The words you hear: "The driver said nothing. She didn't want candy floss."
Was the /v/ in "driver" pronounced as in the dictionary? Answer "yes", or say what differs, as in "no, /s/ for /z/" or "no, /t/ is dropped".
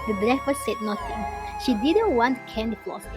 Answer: no, /f/ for /v/